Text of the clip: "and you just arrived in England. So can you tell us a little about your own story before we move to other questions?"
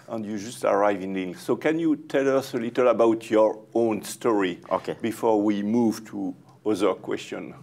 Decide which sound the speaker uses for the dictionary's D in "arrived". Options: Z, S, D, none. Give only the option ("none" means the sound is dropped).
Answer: none